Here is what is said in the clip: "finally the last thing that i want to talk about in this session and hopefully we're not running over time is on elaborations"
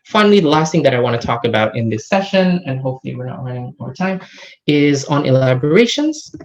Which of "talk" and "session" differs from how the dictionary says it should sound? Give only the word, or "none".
none